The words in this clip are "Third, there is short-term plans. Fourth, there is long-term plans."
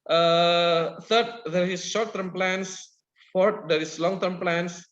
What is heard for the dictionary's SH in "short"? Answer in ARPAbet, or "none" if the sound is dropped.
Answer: SH